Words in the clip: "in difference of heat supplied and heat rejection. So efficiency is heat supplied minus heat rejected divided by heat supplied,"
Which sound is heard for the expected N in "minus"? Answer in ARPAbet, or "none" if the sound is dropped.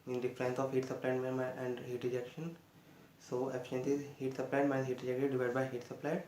none